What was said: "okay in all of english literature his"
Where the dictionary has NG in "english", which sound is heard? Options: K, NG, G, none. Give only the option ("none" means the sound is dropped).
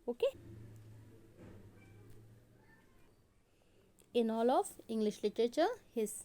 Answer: NG